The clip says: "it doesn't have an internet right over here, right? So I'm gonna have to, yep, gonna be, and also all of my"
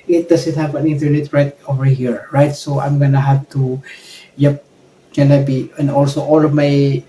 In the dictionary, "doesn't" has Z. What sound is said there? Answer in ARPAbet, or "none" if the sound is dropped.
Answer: S